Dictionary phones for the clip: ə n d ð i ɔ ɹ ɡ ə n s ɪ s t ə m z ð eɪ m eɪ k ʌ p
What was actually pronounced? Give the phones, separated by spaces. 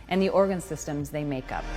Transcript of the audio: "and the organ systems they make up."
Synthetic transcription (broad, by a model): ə n ð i ɔ ɹ ɡ ə n s ɪ s t ə m z ð eɪ m eɪ k ʌ p